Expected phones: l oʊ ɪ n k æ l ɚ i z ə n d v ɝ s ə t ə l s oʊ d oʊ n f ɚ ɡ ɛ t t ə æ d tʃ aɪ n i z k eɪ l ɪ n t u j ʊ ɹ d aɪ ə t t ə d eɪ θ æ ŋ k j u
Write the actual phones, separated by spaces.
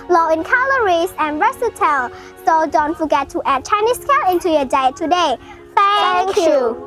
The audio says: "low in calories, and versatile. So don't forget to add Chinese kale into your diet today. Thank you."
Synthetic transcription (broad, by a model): l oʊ ɪ n k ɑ l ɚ i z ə n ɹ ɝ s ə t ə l s oʊ d oʊ n f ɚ ɡ ɛ t t ə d tʃ aɪ n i s k eɪ l ɪ n t u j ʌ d aɪ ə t t ə d eɪ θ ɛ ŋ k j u